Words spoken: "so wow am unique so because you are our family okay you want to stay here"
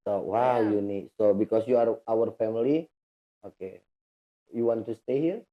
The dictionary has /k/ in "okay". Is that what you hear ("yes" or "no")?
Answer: yes